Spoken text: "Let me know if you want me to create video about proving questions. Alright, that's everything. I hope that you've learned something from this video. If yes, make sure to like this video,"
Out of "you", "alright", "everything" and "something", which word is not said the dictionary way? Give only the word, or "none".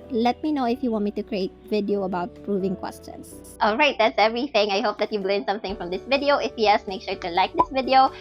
none